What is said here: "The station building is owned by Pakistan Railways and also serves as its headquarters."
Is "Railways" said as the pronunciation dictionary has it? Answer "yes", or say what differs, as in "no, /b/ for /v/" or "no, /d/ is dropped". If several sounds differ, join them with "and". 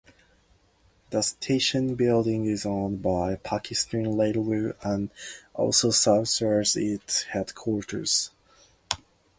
no, /l/ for /ɹ/ and /z/ is dropped